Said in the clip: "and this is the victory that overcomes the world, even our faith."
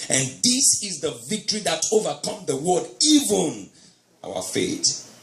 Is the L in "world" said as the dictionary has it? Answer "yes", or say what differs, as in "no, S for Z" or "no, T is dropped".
no, L is dropped